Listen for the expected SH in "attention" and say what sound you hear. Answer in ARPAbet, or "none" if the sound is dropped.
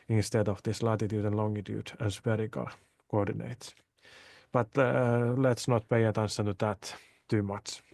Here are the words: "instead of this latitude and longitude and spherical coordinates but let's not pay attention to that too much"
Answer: S